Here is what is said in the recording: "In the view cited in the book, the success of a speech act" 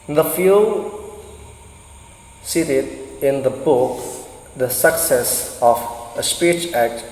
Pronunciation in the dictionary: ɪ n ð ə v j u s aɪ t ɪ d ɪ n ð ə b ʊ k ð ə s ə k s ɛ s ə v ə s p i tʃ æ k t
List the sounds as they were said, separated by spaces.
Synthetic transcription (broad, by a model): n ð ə f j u s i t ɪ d ɪ n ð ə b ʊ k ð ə s ə k s ɛ s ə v ə s p i tʃ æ k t